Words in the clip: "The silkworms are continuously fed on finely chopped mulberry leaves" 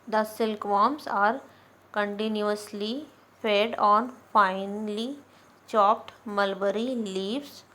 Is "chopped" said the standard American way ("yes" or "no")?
yes